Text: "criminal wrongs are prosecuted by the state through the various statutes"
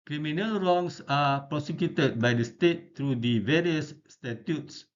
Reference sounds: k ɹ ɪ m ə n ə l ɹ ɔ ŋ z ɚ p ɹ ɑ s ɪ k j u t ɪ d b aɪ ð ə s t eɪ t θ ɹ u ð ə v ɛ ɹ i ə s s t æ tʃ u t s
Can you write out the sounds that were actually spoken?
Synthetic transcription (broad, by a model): k ɹ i m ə n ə l ɹ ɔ ŋ s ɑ p ɹ ɑ s ɪ k j u t ɪ d b aɪ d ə s t eɪ t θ ɹ u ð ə v ɛ ɹ i ə s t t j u t s